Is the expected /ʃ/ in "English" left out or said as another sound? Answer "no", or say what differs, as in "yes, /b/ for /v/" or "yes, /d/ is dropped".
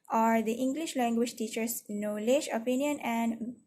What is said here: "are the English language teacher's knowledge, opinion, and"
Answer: no